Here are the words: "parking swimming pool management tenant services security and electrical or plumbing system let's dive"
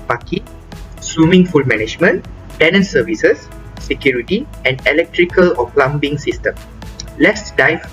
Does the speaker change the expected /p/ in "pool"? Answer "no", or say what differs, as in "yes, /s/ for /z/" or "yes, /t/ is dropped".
yes, /f/ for /p/